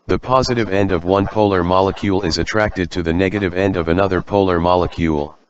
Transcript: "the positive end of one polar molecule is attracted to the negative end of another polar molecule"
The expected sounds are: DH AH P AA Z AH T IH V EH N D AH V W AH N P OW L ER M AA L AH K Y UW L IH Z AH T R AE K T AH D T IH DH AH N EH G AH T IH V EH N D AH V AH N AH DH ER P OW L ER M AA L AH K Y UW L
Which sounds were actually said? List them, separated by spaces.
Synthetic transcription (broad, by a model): DH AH P AA Z AH T IH V EH N D AH V W AH N P OW L ER M AA L AH K Y UW L IH Z AH T R AE K T AH D T IH DH AH N EH G AH T IH V EH N D AH V AH N AH DH ER P OW L ER M AA L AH K Y UW L